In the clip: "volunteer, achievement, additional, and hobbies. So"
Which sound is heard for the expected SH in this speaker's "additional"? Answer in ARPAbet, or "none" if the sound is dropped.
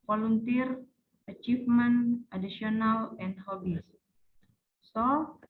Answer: S